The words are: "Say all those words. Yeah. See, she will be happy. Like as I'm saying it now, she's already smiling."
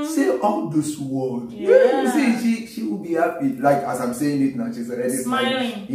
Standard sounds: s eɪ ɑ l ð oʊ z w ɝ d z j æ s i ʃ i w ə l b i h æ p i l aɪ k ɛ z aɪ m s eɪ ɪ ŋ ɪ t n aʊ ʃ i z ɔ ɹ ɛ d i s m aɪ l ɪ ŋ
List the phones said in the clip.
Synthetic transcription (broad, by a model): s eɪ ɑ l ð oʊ s w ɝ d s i ʃ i ʃ i w ə l b i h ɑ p i l aɪ k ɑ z aɪ m s eɪ ɪ ŋ ɪ t n aʊ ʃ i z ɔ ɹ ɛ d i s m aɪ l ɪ